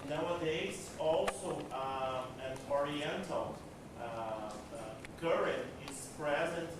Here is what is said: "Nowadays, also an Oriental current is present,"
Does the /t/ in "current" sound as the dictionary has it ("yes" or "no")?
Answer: no